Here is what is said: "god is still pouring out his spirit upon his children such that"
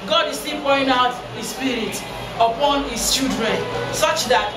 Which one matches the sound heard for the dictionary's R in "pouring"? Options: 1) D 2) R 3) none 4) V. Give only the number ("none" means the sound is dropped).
3